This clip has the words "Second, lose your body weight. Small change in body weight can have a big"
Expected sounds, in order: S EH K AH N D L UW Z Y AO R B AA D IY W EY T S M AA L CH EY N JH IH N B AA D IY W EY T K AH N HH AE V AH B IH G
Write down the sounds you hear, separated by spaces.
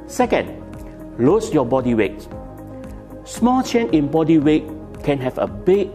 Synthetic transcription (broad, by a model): S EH K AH N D L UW S Y AO B AA D IY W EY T S M AA L CH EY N IH N B AA D IY W EY T K AH N HH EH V AH B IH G